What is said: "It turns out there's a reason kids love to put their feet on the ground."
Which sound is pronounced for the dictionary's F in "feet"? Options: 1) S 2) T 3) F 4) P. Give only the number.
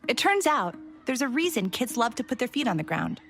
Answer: 3